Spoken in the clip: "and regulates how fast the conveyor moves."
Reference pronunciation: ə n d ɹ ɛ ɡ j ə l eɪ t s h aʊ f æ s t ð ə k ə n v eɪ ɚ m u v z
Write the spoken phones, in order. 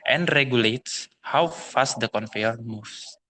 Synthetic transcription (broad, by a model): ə n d ɹ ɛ ɡ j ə l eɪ t s h aʊ f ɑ s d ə k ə n f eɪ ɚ m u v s